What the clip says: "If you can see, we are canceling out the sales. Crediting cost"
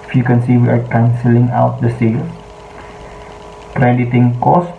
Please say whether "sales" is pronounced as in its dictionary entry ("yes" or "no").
no